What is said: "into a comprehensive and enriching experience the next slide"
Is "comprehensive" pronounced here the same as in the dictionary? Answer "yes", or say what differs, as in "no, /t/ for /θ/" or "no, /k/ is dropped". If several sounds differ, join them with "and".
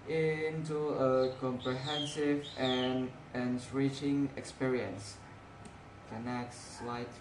yes